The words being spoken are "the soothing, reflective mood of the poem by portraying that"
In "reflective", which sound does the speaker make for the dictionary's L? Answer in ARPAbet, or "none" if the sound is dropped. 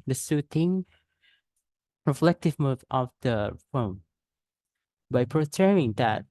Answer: L